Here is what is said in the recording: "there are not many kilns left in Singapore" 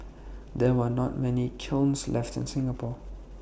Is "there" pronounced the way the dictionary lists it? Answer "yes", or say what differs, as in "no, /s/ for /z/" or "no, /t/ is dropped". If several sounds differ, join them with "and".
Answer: no, /w/ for /ɹ/